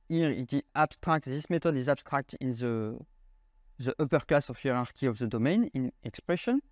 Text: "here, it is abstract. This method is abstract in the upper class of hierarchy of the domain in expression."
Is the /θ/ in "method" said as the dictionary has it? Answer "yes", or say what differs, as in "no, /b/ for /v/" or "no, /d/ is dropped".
no, /t/ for /θ/